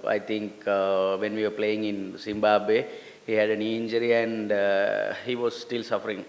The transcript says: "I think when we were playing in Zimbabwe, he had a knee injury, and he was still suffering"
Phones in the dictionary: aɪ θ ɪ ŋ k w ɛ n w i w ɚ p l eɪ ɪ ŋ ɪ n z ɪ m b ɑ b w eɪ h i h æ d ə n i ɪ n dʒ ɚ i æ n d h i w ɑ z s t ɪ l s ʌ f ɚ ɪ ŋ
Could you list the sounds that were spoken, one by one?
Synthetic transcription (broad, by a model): aɪ t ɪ ŋ k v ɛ n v i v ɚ p l eɪ ɪ ŋ ɪ n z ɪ m b ɑ b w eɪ h i h æ d ə n i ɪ n dʒ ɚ i æ n d h i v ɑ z s t ɪ l s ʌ f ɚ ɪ ŋ